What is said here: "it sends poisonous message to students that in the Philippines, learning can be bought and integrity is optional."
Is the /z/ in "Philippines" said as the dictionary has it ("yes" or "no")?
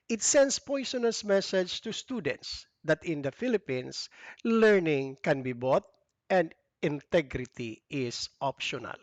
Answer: no